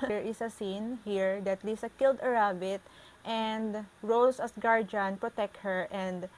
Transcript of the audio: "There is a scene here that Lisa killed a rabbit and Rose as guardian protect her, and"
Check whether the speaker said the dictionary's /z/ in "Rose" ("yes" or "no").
no